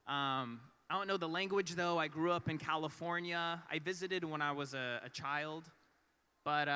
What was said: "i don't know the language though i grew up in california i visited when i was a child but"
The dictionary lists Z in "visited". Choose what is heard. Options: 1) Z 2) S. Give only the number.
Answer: 1